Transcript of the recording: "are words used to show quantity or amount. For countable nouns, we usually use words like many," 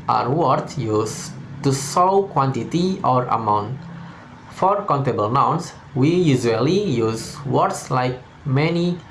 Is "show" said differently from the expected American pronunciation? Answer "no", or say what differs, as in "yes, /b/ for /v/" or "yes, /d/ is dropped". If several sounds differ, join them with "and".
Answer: yes, /s/ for /ʃ/